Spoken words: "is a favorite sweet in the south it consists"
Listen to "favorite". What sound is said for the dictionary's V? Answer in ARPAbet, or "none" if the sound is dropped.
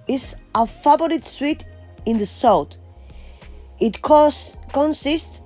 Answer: B